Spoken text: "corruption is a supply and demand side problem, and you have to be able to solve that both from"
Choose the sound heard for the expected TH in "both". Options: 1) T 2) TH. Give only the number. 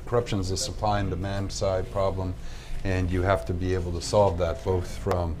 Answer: 2